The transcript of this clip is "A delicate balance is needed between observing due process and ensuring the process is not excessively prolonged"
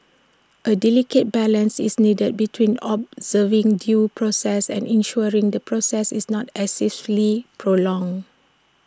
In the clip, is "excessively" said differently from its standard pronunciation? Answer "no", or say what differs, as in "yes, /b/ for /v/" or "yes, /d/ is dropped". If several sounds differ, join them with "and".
yes, /f/ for /v/